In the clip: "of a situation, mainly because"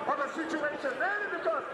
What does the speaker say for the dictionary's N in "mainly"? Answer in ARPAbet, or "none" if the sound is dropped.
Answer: none